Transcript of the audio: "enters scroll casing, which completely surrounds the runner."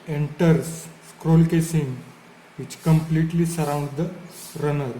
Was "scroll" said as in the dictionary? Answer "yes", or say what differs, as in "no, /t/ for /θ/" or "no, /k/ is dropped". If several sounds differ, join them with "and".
yes